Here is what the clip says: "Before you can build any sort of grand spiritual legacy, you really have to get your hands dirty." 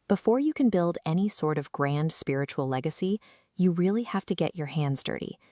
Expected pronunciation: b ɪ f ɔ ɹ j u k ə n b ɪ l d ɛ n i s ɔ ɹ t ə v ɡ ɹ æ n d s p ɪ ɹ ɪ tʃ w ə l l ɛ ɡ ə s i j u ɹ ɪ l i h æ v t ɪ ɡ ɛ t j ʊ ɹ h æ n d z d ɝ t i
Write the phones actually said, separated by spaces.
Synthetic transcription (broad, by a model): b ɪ f ɔ ɹ j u k ə n b ɪ l d ɛ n i s ɔ ɹ t ə v ɡ ɹ æ n d s p ɪ ɹ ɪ tʃ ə l l ɛ ɡ ə s i j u ɹ ɪ l i h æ f t ɪ ɡ ɛ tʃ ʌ ɹ h æ n d z d ɝ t i